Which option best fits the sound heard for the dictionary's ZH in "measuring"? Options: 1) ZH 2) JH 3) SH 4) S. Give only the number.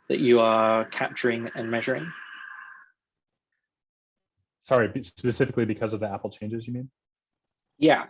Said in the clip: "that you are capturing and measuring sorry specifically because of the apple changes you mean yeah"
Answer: 1